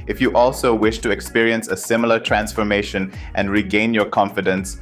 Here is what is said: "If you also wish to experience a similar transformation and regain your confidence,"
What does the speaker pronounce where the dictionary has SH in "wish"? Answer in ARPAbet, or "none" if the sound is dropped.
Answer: SH